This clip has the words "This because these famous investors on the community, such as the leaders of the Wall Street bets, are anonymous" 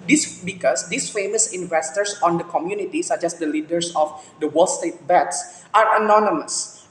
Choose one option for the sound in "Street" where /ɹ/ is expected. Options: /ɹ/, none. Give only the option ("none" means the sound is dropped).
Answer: none